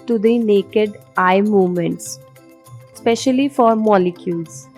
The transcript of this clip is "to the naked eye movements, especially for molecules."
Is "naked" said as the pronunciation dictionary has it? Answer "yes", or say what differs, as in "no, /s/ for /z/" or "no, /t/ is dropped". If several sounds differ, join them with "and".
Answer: yes